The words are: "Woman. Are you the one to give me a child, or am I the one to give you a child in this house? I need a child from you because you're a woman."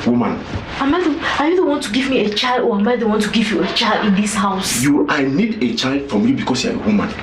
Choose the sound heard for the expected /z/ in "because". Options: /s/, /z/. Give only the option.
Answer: /s/